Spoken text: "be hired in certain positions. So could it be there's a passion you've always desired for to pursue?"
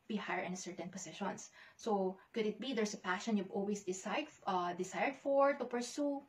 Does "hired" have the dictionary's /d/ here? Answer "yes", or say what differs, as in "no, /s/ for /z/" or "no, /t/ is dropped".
no, /d/ is dropped